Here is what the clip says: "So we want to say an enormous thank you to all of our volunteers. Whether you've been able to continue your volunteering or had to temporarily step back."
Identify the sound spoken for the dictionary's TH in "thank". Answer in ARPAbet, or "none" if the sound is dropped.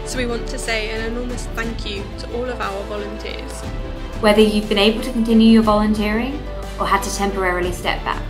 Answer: TH